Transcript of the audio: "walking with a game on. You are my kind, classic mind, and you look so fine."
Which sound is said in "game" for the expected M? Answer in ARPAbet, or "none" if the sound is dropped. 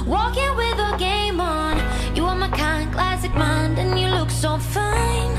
M